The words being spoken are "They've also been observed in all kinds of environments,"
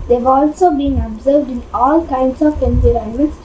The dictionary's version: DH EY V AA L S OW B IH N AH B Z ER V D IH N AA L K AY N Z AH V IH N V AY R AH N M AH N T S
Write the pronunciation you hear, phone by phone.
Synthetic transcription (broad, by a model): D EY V AA L S OW B IH N AH B Z ER V D IH N AA L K AY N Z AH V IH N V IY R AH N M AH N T S